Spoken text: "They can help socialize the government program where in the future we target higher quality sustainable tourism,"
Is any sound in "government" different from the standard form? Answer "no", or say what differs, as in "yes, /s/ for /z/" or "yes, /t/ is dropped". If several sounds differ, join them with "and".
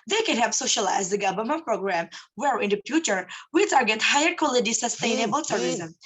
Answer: yes, /b/ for /v/